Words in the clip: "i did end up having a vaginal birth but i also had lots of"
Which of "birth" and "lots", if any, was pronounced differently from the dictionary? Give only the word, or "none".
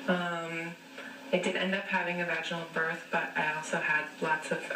none